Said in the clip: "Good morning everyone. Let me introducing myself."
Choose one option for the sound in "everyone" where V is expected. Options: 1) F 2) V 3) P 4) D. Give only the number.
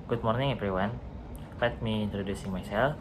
3